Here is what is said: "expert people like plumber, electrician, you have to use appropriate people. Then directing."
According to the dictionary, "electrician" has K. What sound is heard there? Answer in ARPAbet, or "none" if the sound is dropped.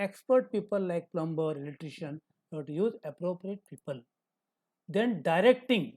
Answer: none